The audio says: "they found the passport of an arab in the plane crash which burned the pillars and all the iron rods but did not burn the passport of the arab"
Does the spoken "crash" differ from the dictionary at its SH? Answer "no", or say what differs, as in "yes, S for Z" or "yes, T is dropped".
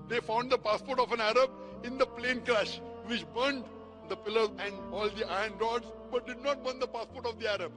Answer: no